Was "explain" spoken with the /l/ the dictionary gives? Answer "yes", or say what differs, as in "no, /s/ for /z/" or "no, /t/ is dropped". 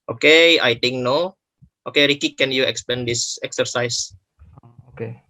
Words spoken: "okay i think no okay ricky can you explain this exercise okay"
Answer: no, /l/ is dropped